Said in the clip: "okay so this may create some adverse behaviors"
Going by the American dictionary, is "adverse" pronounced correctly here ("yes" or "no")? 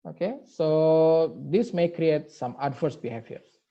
no